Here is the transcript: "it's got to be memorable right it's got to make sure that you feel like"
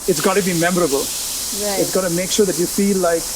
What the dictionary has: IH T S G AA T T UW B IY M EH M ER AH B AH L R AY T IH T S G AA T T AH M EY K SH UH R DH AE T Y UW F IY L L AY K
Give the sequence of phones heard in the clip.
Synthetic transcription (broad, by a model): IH T S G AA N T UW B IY M EH M ER AH B AH L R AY IH T S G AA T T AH M EY K SH UH R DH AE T Y UW F IY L L AY K